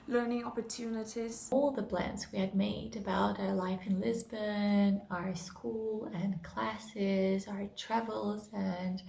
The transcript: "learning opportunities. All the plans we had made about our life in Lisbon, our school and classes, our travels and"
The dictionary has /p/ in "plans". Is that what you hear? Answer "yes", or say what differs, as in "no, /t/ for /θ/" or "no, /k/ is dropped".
no, /b/ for /p/